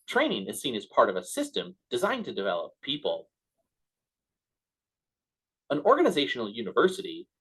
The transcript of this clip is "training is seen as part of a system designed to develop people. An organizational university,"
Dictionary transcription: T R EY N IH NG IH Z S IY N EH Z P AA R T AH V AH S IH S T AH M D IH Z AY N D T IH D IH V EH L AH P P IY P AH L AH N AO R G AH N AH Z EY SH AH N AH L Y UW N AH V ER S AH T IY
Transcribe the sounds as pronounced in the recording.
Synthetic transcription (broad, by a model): T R EY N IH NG IH Z S IY N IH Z P AA R T AH V AH S IH S T AH M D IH Z AY N T IH D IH V EH L AH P P IY P AH L AH N AO R G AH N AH Z EY SH N L Y UW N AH V ER S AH T IY